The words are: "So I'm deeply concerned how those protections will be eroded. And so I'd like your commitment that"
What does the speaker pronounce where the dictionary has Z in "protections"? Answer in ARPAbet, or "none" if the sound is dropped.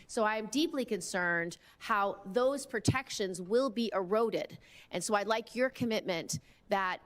Z